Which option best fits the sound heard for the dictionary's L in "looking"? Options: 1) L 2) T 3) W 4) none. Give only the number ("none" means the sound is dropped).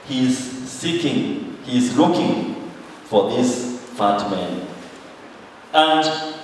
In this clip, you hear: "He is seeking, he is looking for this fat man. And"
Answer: 1